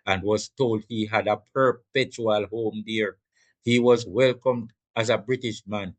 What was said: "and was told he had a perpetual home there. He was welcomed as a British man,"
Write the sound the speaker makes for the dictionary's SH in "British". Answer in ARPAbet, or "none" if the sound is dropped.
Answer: SH